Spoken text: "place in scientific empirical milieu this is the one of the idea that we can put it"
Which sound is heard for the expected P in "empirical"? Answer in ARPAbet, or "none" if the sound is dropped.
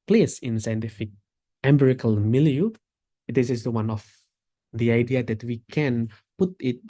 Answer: B